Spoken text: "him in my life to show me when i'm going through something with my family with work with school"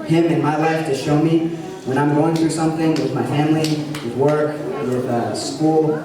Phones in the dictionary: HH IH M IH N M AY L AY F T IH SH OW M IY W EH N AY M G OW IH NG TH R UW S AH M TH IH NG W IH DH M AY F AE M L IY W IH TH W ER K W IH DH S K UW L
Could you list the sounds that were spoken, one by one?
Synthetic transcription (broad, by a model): HH IH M IH N M AY L AY F T IH SH OW M IY W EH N AY M G OW IH NG TH R UW S AH M TH IH NG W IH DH M AY F AE M L IY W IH W ER K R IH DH S K UW L